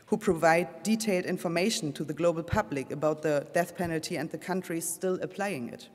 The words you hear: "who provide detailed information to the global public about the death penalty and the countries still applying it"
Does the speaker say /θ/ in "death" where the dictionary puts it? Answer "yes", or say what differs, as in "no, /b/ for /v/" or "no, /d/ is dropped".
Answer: yes